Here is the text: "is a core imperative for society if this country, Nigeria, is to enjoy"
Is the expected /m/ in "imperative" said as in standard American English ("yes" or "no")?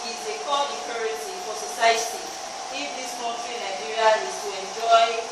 no